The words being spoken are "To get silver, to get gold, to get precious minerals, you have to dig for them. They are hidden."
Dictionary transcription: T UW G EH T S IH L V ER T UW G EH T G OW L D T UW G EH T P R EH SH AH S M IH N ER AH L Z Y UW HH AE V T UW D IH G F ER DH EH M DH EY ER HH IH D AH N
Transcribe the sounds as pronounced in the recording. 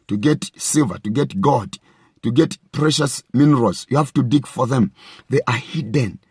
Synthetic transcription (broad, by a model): T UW G EH T S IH L V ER T UW G EH T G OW D T UW G EH T P R EH SH AH S M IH N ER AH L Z Y UW HH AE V T UW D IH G F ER DH EH M DH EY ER HH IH D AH N